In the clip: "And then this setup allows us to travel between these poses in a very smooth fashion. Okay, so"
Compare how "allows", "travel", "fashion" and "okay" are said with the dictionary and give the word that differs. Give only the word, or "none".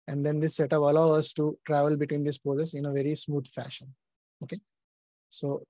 allows